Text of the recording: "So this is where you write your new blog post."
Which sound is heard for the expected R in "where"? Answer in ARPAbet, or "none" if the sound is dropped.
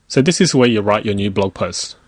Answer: W